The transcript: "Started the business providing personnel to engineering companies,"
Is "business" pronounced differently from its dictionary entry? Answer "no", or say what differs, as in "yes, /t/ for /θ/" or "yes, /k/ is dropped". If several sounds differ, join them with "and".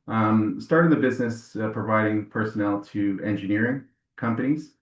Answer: no